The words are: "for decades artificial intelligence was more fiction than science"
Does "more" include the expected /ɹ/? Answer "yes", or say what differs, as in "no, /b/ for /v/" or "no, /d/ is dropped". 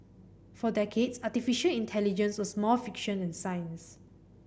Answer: no, /l/ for /ɹ/